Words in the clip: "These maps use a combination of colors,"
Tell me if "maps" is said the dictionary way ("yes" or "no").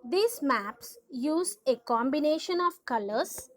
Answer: yes